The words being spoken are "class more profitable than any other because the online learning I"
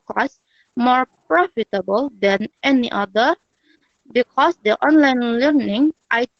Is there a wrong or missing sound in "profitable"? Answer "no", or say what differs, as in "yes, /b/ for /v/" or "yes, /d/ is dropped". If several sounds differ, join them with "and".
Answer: no